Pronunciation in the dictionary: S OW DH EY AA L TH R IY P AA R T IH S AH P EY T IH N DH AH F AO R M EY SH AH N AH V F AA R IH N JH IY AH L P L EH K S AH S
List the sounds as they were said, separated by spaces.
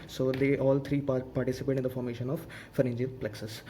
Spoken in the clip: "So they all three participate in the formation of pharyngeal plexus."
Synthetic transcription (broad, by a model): S OW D EY AA L T R IY P AA R T IH S AH P EY T IH N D AH F AO R M EY SH AH N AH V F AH R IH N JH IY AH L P L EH K S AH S